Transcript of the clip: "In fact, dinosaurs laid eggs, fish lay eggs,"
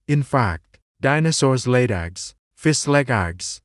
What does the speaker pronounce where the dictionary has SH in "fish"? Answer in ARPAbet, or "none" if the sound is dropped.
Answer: S